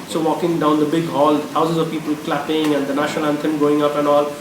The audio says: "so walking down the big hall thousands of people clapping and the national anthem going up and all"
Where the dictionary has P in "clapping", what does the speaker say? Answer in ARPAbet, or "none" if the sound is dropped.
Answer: P